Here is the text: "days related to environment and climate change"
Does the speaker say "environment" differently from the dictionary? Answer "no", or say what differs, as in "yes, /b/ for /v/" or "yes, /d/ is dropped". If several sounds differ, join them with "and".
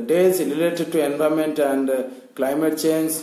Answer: yes, /ɹ/ is dropped and /n/ is dropped